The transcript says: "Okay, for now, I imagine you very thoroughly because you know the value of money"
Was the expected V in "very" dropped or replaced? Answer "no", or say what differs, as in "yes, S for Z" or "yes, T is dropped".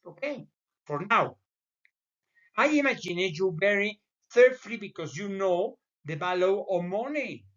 yes, B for V